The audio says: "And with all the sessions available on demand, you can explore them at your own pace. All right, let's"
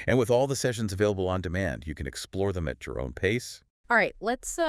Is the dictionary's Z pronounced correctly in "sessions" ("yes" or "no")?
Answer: yes